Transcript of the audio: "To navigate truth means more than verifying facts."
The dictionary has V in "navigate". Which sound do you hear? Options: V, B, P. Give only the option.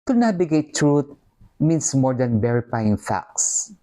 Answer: B